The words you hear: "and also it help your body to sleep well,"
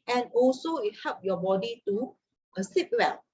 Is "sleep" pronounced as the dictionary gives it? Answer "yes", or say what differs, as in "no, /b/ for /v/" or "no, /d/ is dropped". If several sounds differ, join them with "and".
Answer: no, /l/ is dropped